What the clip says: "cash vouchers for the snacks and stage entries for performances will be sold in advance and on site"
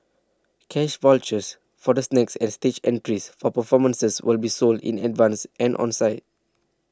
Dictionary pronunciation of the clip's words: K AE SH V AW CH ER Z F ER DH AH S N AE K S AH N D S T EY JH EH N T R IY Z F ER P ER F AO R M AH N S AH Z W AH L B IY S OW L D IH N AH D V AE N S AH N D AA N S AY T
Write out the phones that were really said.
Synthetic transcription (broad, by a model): K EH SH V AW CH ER S F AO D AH S N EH K S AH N S T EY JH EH N T R IY S F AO P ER F AO M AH N S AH S W AH L B IY S OW L D IH N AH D V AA N S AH N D AA N S AY T